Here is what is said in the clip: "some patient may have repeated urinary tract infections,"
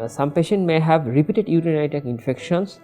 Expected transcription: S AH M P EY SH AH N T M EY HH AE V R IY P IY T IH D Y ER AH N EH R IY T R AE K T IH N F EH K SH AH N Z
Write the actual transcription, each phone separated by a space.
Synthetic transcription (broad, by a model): S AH M P EY SH AH N T M EY HH AE V R IY P IY T IH D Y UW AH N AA IY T AE K IH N F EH K SH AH N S